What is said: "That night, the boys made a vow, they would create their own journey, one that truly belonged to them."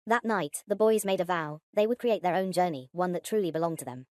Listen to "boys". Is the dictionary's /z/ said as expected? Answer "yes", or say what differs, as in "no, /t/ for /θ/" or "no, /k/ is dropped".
yes